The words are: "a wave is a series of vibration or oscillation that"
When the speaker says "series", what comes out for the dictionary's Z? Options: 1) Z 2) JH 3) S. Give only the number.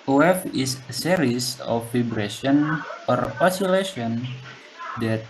3